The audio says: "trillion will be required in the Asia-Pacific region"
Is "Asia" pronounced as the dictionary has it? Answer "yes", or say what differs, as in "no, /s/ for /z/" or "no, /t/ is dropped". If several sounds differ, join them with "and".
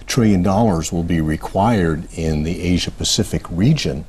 yes